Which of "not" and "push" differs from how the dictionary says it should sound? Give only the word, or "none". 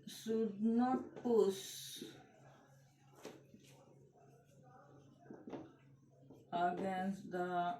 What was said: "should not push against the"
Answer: push